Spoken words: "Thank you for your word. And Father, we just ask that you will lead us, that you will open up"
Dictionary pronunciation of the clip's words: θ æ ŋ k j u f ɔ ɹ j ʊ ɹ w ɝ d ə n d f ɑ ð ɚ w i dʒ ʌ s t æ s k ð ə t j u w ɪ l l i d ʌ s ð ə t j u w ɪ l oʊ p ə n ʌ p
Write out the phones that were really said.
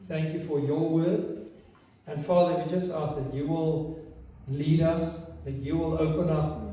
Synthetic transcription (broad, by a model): θ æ ŋ k j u f ɔ ɹ j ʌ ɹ w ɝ d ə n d f ɑ ð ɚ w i dʒ ʌ s t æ s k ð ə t j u w ɪ l l i d ʌ s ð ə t j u w ɪ l oʊ p ə n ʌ p